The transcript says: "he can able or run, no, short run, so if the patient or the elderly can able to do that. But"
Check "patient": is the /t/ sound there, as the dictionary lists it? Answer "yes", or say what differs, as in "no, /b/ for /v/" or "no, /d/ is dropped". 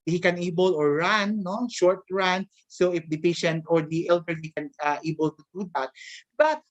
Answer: yes